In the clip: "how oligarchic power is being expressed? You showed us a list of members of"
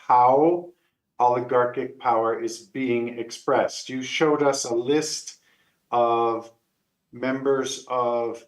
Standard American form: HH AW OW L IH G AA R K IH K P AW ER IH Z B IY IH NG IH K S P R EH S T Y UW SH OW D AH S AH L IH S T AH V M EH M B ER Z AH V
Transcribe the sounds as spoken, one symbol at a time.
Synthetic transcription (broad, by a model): HH AW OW L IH G AA R K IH K P AW ER IH Z B IY IH NG IH K S P R EH S T Y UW SH OW D AH S AH L IH S T AH V M EH M B ER Z AH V